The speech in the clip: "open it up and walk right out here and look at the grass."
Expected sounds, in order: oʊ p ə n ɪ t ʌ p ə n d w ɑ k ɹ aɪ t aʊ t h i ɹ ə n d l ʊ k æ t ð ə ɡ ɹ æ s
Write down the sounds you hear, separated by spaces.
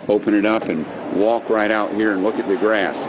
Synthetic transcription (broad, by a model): oʊ p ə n ɪ t ʌ p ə n w ɑ k ɹ aɪ t aʊ t h i ɹ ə n l ʊ k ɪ t ð ə ɡ ɹ æ s